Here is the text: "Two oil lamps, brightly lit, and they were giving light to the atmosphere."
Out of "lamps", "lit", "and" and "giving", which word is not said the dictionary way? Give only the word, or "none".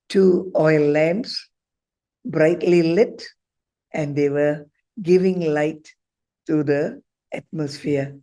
lamps